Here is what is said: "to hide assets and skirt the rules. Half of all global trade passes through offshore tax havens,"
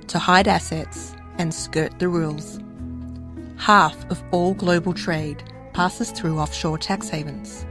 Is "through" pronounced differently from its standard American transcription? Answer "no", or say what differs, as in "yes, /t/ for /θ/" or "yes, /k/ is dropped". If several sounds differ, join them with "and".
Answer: no